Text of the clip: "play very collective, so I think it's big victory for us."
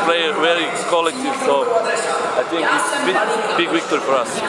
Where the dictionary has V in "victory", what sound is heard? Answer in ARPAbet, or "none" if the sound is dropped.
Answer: W